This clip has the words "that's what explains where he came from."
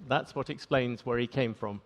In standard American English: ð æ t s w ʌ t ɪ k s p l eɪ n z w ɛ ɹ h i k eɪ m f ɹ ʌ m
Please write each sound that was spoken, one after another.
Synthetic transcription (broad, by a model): ð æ t s w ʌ t ɪ k s p l eɪ n z w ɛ ɹ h i k eɪ m f ɹ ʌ m